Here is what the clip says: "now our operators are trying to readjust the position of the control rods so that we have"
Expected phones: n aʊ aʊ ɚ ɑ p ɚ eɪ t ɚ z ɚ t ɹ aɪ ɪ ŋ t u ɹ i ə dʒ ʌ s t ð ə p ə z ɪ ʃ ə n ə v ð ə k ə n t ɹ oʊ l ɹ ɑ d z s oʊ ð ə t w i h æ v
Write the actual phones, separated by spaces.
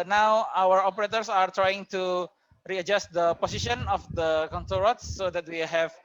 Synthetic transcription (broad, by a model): n aʊ aʊ ɚ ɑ p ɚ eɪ t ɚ s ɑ t ɹ aɪ ɪ ŋ t u ɹ i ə dʒ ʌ s t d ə p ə s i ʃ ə n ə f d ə k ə n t oʊ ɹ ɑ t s oʊ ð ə t w i h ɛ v